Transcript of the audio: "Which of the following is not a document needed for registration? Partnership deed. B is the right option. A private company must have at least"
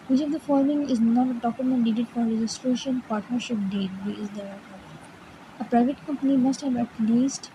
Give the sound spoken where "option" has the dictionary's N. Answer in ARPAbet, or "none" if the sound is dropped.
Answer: none